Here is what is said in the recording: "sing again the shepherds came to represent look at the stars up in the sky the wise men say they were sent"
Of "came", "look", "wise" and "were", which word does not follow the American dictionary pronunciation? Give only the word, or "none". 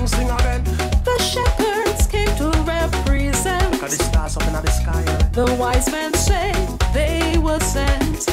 look